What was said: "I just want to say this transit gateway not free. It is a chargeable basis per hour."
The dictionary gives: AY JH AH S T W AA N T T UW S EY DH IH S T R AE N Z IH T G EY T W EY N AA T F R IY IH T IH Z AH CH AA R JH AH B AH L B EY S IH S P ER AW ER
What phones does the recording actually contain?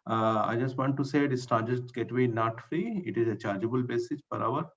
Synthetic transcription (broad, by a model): AY JH AH S T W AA N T T UW S EY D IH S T AA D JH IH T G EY T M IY N AA T F R IY IH T IH Z AH CH AA R JH AH B AH L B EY S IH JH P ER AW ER